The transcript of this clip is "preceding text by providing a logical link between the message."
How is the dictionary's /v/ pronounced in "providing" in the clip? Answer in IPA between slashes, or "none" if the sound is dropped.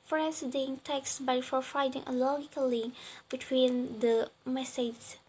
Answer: /f/